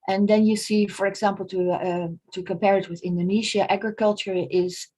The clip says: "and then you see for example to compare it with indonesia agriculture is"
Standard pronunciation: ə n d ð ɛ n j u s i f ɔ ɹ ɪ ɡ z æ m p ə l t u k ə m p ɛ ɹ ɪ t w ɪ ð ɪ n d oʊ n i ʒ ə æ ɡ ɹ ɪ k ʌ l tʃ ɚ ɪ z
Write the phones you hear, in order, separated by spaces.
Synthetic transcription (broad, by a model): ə n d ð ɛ n j u s i f ɔ ɹ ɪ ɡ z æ m p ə l t u k ə m p ɛ ɹ ɪ t w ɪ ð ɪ n d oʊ n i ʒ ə æ ɡ ɹ ɪ k ʌ l tʃ ɚ ɪ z